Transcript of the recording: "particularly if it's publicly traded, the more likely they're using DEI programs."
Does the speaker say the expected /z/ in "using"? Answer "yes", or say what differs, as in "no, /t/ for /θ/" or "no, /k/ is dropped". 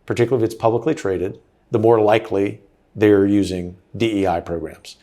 yes